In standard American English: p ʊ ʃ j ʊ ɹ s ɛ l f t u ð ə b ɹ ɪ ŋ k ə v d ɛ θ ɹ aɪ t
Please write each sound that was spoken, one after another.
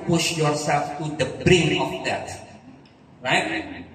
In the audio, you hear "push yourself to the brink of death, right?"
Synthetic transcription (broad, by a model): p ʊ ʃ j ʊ ɹ s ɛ l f t u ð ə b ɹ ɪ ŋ ə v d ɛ t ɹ aɪ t